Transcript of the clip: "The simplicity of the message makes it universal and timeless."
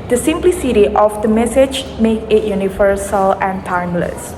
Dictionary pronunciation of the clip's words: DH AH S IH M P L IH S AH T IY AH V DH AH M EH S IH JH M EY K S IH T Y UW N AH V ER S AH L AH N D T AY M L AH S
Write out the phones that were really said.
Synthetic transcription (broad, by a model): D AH S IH M P L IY S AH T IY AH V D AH M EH S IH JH M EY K IH T Y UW N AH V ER S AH L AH N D T AY M L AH S